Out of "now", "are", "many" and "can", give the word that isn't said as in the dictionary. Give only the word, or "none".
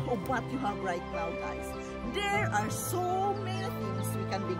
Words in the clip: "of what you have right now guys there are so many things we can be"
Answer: now